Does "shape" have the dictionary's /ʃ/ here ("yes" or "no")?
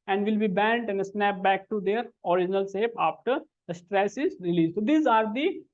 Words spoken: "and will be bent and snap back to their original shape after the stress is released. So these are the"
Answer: no